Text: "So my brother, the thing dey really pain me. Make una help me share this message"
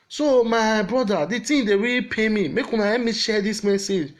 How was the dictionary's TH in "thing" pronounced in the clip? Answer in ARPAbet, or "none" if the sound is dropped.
T